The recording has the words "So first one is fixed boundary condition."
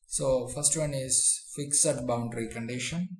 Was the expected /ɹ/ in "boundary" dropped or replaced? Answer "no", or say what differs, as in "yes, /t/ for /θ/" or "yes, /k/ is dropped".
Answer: no